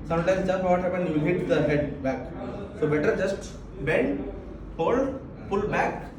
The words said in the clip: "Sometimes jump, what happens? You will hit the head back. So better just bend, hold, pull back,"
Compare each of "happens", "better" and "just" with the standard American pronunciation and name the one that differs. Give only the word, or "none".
happens